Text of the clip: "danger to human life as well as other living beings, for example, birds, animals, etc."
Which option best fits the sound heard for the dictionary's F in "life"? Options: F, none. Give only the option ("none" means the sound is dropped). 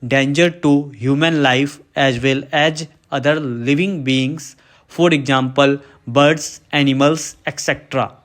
F